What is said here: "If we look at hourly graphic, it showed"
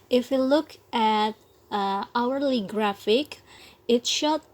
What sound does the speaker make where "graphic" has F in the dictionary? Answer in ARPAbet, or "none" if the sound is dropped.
F